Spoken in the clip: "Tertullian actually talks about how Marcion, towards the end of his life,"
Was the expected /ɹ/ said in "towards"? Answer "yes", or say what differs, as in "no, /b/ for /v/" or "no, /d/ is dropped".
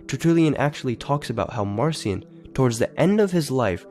yes